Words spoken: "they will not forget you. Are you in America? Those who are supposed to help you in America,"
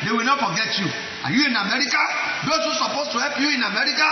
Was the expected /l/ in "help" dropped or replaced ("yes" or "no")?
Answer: yes